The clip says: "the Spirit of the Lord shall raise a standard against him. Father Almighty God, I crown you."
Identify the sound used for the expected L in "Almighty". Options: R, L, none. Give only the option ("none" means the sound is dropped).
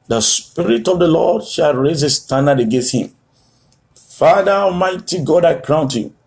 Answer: none